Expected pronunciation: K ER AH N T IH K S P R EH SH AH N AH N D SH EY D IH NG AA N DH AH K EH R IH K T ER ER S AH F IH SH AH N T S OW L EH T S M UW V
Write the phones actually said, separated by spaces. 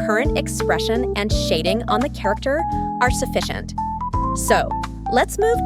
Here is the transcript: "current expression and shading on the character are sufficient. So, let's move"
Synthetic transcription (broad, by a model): ER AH N T IH K S P R EH SH AH N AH N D SH EY D IH NG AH N DH AH K EH R IH K T ER ER S AH F IH SH AH N T S OW L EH T S M UW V